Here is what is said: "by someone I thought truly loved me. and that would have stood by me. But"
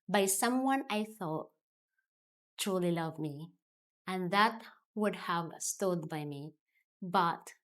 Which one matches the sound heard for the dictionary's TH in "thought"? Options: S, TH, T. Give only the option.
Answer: TH